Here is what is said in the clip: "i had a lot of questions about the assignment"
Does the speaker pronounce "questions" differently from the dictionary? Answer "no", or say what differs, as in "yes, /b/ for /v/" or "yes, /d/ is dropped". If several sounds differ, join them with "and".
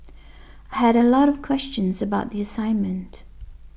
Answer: no